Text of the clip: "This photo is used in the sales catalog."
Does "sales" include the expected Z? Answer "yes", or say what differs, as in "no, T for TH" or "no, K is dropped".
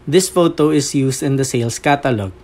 no, S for Z